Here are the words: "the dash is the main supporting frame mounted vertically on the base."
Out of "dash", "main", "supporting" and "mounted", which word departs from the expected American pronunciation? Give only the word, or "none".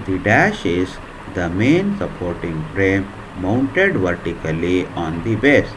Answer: none